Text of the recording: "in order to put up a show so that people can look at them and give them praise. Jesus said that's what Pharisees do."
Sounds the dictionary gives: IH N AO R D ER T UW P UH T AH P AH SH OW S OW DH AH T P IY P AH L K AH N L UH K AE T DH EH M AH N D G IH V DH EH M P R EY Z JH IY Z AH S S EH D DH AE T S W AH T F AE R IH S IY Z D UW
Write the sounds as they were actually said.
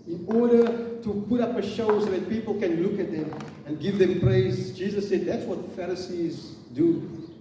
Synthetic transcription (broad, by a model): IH N AO R D ER T UW P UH T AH P AH SH OW S OW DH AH T P IY P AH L K AH N L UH K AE T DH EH M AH N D G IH V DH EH M P R EY Z JH IY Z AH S S EH D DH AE T S W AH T F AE R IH S IY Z D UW